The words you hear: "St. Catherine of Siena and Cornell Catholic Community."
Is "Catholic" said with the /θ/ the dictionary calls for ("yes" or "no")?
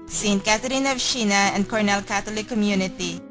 no